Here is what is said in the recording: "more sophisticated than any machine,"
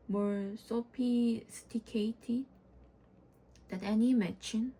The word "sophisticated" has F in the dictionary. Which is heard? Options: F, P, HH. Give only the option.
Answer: P